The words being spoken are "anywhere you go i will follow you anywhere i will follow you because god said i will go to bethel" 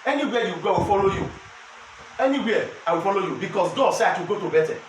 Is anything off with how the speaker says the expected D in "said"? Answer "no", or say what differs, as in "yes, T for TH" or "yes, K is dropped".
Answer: yes, D is dropped